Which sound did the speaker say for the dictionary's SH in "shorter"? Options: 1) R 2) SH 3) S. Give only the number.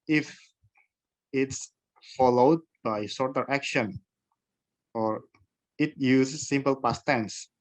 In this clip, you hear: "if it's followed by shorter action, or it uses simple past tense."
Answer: 3